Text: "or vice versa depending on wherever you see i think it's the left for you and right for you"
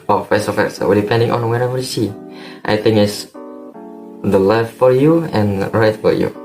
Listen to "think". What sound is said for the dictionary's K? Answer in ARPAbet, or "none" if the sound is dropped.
none